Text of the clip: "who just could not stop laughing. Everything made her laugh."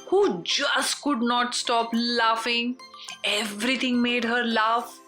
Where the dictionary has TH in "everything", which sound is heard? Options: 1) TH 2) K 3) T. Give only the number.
3